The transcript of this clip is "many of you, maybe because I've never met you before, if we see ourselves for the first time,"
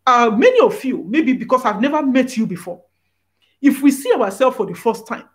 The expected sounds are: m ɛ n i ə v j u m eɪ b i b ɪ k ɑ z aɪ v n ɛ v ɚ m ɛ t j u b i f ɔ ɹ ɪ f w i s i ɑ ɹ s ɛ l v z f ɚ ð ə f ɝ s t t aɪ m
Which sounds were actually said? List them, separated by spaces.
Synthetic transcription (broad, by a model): m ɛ n i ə f j u m eɪ b i b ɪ k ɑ s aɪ v n ɛ v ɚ m ɛ t j u b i f ɔ ɪ f w i s i ɑ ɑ s ɛ l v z f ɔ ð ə f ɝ s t t aɪ m